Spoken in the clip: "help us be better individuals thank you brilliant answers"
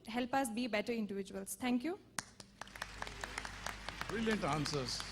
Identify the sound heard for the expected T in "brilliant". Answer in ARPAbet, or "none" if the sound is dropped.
T